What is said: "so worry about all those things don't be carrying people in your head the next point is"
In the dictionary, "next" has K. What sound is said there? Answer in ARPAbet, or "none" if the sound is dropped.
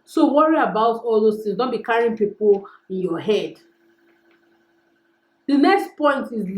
K